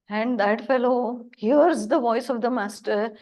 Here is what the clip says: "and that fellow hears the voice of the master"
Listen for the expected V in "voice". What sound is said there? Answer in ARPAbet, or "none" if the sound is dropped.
V